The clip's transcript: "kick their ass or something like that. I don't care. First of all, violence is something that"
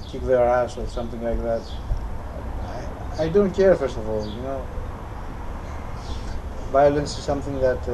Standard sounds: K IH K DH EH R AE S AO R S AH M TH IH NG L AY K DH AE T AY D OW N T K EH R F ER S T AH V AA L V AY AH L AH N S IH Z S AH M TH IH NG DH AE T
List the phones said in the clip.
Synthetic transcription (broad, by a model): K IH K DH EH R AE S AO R S AH M TH IH NG L AY K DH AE T AY D OW N T K EH R F ER S T AH V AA L V AY AH L AH N S IH Z S AH M TH IH NG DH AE T